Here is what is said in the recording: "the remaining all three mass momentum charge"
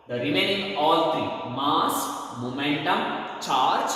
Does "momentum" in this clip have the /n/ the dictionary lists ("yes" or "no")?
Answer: yes